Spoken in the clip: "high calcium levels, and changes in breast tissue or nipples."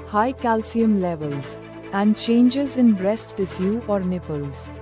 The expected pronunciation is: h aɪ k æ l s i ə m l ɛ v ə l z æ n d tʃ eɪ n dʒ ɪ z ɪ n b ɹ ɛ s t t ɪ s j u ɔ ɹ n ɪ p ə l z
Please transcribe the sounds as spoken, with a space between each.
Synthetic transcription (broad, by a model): h aɪ k æ l s i ə m l ɛ v ə l z æ n d tʃ eɪ n dʒ ɪ z ɪ n b ɹ ɛ s t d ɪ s j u ɔ ɹ n ɪ p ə l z